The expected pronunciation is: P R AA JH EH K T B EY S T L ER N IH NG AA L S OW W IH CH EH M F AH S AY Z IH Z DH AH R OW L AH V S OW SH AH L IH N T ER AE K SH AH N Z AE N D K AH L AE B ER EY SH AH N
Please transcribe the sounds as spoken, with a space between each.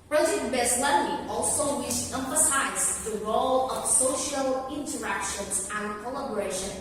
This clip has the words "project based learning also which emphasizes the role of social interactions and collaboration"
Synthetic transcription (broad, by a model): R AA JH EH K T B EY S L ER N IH AA L S OW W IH SH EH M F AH S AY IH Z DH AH R OW L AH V S OW SH AH L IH N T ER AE K SH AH N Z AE N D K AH L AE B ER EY SH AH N